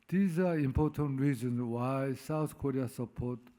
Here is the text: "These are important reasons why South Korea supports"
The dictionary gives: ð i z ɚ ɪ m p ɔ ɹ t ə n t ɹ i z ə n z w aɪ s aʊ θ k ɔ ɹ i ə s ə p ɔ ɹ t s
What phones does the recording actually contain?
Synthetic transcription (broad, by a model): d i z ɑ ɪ m p ɔ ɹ t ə n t ɹ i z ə n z w aɪ s aʊ t k ɔ ɹ i ə s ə p ɔ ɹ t